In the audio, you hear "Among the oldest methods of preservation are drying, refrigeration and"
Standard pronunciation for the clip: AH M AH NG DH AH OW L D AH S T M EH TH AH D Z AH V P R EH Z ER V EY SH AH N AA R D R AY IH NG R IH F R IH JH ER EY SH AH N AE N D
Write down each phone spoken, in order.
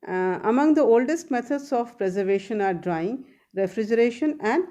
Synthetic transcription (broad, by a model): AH M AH NG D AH OW L D AH S T M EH T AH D S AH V P R EH Z ER V EY SH AH N AA R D R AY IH NG R IH F R IH JH ER EY SH AH N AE N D